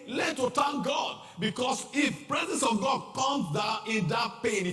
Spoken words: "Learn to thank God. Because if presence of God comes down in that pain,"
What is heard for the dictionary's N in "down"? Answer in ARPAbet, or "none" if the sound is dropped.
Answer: none